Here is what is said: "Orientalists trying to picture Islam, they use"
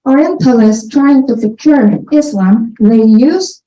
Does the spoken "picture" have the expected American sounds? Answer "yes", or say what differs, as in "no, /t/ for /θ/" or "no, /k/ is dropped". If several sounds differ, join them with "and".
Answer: no, /f/ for /p/